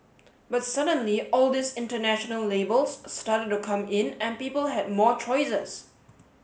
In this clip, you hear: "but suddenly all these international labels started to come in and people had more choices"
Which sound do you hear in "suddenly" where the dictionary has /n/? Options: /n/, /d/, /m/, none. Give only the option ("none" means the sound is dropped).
/n/